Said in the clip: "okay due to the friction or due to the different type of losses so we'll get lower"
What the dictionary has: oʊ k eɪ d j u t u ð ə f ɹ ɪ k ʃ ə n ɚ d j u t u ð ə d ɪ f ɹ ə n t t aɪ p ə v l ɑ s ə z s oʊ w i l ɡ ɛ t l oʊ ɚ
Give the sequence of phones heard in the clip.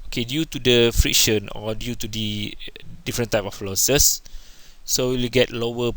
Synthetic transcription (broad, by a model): oʊ k eɪ d j u t u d ə f ɹ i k ʃ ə n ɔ d j u t u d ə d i f ɹ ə n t t aɪ p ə f l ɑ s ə s oʊ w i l ɡ ɛ t l oʊ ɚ